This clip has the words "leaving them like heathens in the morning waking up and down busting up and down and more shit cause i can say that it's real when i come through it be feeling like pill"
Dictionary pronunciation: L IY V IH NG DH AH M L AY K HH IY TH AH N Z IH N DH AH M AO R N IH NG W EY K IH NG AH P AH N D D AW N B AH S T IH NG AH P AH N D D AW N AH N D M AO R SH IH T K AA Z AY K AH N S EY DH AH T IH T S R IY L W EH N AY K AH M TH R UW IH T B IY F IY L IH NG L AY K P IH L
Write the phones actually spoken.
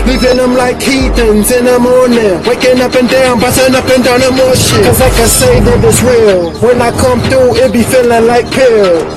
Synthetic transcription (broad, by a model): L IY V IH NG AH M L AY K HH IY T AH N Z IH N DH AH M AO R N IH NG W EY K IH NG AH P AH N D D AW N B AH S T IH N AH P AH N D D AW N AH M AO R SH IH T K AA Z AY K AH S EY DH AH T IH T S R IY L W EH N AY K AH M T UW IH T B IY F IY L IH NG L AY K P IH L